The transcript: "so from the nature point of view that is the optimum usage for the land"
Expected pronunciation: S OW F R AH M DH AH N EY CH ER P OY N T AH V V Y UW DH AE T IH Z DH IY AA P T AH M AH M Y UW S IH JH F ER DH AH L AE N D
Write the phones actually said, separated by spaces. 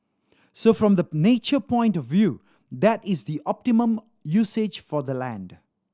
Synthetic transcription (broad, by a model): S OW F R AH M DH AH N EY CH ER P OY N T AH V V Y UW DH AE T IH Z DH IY AA P T AH M AH M Y UW S IH JH F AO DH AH L AE N D